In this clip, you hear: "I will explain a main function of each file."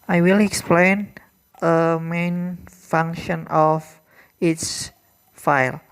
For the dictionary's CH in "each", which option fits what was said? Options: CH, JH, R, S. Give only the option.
S